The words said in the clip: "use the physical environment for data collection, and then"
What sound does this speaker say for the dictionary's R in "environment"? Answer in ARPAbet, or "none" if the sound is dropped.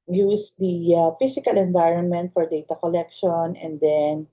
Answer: R